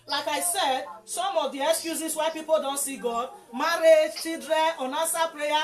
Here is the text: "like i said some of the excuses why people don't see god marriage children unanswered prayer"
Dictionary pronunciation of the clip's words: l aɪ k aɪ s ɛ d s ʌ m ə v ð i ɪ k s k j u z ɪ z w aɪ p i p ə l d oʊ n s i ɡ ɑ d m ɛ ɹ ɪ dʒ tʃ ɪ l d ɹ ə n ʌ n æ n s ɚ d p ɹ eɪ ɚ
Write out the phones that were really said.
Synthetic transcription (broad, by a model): l aɪ k aɪ s ɛ d s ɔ m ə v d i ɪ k s k j u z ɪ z w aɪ p i p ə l d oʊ n s i ɡ ɑ d m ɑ ɹ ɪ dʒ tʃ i d ɹ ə ɔ n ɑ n s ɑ p ɹ eɪ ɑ